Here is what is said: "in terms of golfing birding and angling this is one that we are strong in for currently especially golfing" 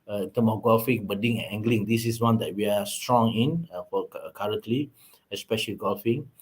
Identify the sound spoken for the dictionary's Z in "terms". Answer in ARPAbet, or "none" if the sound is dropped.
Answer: none